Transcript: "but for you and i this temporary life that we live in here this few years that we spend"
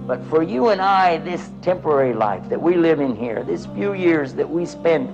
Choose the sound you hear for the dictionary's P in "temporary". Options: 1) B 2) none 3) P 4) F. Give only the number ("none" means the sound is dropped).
3